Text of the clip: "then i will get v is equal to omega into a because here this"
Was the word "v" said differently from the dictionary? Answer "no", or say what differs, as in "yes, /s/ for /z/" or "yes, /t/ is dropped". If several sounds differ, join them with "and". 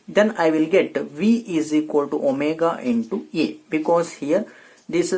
no